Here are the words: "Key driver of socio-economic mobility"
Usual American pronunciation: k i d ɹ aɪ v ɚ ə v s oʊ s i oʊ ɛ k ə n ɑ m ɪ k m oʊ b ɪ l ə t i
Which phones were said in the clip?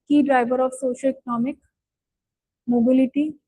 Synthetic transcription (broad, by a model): k i d ɹ aɪ b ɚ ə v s oʊ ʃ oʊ ɛ k ə n ɑ m ɪ k m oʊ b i l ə t i